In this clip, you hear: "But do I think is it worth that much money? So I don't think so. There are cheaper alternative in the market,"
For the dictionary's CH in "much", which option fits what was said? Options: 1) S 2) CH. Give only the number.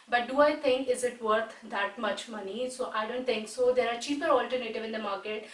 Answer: 2